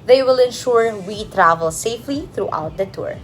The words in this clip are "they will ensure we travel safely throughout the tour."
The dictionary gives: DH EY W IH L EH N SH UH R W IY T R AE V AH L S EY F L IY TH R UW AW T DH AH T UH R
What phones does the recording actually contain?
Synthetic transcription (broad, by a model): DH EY W IH L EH N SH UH R W IY T R AE V AH L S EY F L IY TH R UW AW T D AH T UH R